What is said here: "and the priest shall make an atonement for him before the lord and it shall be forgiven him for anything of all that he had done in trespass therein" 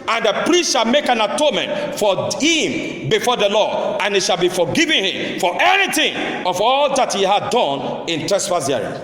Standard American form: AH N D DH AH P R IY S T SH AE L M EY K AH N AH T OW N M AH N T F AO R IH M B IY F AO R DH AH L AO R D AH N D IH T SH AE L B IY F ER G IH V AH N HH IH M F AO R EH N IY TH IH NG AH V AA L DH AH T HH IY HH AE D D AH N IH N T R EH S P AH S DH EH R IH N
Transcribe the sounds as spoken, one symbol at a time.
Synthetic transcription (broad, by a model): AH N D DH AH P R IY S T SH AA L M EY K AH N AH T OW N M AH N T F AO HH IH M B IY F AO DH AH L AO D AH N IH T SH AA L B IY F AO G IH V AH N HH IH M F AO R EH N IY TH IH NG AH V AA L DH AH T HH IY HH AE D D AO N IH N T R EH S F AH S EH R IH